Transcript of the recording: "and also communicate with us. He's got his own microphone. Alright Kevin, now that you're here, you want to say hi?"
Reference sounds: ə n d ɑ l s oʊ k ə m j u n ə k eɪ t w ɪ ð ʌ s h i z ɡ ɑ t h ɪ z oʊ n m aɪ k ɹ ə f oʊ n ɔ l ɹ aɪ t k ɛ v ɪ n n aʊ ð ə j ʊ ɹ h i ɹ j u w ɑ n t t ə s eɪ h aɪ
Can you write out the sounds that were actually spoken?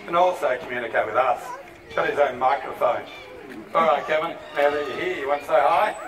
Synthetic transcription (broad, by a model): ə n ɑ l s oʊ k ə m j u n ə k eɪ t w ɪ ð ʌ s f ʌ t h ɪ z oʊ n m aɪ k ɹ ə f oʊ n ɔ l ɹ aɪ t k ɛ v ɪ n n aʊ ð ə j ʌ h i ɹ j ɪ w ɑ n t s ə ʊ h aɪ